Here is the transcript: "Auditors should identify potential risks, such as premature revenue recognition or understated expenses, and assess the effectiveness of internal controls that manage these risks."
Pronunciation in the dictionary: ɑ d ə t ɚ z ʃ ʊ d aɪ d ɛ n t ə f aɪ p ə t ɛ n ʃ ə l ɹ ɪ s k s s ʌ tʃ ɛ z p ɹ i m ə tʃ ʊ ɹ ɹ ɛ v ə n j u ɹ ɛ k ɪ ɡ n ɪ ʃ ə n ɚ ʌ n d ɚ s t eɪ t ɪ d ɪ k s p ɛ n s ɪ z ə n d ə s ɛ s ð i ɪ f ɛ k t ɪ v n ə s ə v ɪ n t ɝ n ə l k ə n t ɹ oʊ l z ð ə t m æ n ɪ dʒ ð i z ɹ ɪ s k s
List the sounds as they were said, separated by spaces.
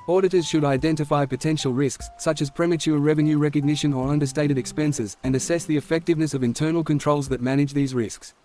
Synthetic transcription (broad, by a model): ɑ d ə t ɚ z ʃ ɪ d aɪ d ɛ n t ə f aɪ p ə t ɛ n ʃ ə l ɹ ɪ s k s s ʌ tʃ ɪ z p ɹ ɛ m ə tʃ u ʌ ɹ ɛ v ə n j u ɹ ɛ k ɪ ɡ n ɪ ʃ ə n ɚ ʌ n d ɚ s t eɪ t ɪ d ɪ k s p ɛ n s ɪ z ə n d ə s ɛ s ð i ɪ f ɛ k t ɪ v n ə s ə v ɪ n t ɝ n l k ə n t ɹ oʊ l z ð ə t m æ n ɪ dʒ ð i z ɹ ɪ s k s